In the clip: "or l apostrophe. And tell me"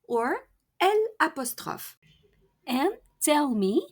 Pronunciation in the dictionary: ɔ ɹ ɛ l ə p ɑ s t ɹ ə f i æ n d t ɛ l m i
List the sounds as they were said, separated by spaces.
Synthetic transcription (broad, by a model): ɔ ɹ ɛ l ə p ɑ s t ɹ ə f i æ n t ɛ l m i